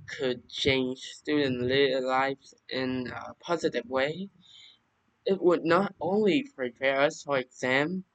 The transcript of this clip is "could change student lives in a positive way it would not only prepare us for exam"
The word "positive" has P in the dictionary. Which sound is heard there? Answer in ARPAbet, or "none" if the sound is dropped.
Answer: P